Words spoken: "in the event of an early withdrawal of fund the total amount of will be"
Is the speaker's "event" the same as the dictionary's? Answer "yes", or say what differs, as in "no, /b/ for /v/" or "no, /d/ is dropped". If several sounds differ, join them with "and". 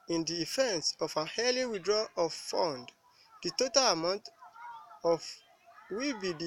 no, /f/ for /v/